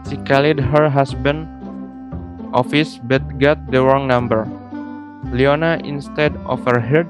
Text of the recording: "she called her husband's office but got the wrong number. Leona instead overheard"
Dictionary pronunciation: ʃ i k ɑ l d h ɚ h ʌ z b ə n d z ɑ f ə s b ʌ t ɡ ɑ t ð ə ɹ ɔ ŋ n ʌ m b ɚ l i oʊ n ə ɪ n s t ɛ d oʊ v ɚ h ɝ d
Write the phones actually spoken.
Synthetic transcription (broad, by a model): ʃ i k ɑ l d h ɚ h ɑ s b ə n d ɑ f ə s b ʌ t ɡ ɑ t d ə ɹ ɔ ŋ n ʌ m b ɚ l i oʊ n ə ɪ n s t ɛ d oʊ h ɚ h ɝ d